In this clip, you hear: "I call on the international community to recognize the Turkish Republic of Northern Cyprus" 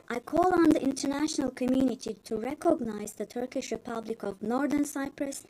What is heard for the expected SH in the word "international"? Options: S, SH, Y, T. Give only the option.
SH